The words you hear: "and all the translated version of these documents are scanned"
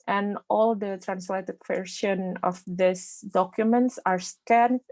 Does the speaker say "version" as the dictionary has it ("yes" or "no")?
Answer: no